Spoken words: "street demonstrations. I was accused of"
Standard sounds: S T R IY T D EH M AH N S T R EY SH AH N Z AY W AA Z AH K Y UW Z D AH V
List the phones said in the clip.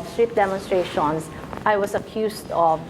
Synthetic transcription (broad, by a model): S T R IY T D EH M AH N S T R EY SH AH N S AY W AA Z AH K Y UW S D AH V